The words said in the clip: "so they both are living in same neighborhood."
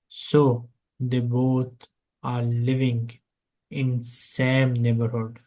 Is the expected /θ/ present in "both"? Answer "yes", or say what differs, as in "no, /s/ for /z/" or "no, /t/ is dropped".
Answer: no, /t/ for /θ/